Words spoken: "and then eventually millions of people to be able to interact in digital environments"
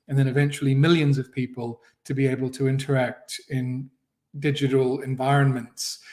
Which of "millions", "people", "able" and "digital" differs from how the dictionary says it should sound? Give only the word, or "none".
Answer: none